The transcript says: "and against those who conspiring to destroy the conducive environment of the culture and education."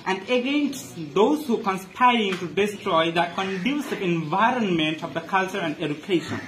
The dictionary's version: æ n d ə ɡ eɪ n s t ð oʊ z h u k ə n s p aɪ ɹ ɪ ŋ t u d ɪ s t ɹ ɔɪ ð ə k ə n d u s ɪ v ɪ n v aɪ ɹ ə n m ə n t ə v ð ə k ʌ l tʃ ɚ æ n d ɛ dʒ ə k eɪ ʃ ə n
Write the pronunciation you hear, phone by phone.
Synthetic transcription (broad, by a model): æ n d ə ɡ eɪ n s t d oʊ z h u k ə n s p aɪ ɹ ɪ ŋ t u d ɪ s t ɹ ɔɪ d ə k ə n d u s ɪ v ɪ n v aɪ ɹ ə n m ə n t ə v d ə k ʌ l tʃ ɚ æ n d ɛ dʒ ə k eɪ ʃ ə n